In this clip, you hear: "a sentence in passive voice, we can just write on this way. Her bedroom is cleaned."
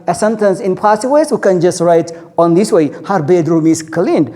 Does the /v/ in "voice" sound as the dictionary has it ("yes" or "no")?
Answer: no